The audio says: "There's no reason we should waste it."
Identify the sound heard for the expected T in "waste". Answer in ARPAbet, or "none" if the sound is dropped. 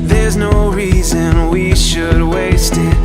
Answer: T